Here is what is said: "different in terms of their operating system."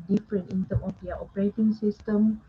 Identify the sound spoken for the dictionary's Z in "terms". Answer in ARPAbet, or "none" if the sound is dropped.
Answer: none